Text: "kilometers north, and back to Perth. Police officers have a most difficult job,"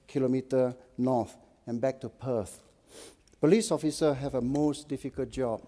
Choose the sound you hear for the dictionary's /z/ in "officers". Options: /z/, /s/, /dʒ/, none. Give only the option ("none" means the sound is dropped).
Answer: none